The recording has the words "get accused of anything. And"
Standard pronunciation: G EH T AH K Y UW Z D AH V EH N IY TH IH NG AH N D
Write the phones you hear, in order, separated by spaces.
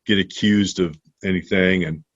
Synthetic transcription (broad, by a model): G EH T AH K Y UW Z D AH V EH N IY TH IH NG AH N